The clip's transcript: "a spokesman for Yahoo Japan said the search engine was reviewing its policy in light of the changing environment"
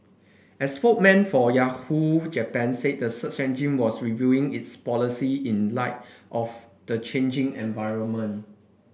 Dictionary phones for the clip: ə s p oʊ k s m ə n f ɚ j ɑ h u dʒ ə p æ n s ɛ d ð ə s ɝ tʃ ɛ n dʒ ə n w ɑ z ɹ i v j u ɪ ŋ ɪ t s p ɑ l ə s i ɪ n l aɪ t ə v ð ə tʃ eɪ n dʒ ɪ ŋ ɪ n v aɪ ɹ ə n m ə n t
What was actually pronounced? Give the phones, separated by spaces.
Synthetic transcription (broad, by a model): ə s f oʊ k m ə n f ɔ j ɑ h u dʒ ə p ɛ n s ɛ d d ə s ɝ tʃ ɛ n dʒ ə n w ɑ s ɹ i v j u ɪ ŋ ɪ t s p ɑ l ə s i ɪ n l aɪ t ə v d ə tʃ eɪ n dʒ ɪ ŋ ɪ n v aɪ ɹ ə n m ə n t